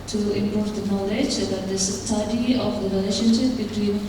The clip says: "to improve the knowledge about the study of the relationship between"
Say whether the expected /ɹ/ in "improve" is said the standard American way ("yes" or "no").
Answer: no